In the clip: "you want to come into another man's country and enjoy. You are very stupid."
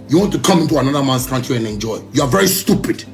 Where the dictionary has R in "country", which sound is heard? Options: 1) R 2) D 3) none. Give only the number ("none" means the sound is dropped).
3